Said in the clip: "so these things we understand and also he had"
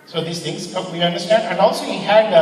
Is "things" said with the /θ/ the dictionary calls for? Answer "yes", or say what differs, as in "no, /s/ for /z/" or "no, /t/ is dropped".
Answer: no, /t/ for /θ/